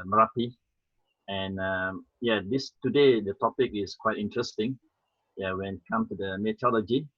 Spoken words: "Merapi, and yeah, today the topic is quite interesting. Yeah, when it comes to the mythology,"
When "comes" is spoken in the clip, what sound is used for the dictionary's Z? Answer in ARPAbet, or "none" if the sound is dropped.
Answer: none